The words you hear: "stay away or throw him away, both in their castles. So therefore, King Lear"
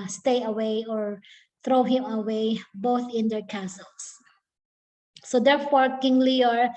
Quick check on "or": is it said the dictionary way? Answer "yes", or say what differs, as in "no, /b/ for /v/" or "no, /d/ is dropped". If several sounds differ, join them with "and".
yes